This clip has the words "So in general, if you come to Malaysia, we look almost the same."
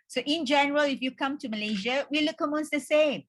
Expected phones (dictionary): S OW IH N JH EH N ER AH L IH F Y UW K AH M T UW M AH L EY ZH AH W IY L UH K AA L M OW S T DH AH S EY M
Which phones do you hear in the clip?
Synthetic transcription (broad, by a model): S OW IH N JH EH N ER AH L IH F Y UW K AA M T UW M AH L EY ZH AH W IY L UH K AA M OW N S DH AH S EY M